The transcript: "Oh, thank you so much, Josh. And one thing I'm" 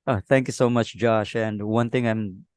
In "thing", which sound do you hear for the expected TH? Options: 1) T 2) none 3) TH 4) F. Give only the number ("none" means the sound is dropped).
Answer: 1